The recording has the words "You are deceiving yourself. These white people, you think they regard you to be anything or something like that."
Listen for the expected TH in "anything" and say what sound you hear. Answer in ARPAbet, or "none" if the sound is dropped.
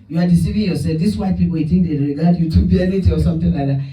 T